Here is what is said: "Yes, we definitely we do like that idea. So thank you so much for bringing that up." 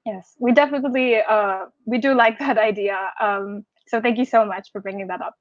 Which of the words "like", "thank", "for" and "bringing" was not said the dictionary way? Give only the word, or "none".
none